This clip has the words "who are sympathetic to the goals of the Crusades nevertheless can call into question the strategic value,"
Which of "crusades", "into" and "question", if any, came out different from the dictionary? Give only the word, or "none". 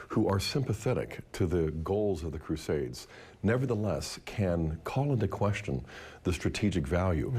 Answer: none